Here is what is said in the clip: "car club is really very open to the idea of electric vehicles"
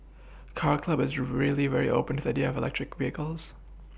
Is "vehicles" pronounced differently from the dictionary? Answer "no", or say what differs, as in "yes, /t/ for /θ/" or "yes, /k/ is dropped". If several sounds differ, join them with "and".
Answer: no